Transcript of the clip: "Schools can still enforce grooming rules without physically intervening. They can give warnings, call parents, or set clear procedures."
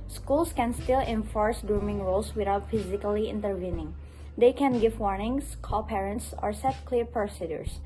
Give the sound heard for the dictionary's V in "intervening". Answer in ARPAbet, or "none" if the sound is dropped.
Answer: V